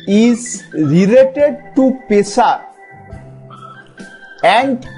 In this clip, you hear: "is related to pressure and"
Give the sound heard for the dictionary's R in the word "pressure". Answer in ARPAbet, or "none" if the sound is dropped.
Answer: none